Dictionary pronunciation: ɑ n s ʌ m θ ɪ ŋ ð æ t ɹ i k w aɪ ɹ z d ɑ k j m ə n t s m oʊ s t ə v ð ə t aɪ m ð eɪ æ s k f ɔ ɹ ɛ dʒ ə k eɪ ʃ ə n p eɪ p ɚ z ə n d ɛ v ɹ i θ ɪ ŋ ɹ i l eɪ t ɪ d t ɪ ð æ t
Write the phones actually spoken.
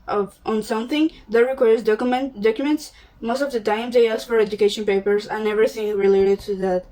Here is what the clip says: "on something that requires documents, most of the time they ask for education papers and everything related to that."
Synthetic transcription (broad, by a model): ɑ n s ʌ m θ ɪ ŋ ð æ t ɹ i k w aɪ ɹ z d ɑ k j m ə n t s m oʊ s t ə v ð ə t aɪ m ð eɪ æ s f ɔ ɹ ɛ dʒ ə k eɪ ʃ ə n p eɪ p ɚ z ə n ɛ v ɹ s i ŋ ɹ i l eɪ t ɪ d t ɪ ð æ t